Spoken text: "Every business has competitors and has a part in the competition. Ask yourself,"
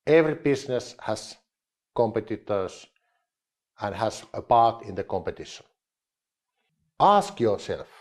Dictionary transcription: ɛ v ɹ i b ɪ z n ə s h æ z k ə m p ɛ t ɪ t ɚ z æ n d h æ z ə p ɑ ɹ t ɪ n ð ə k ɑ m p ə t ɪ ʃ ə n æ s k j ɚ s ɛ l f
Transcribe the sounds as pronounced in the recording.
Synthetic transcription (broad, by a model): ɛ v ɹ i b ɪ s n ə s h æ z k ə m p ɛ t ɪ t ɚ s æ n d h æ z ə p ɑ ɹ t ɪ n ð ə k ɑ m p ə t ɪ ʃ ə n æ s k j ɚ s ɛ l f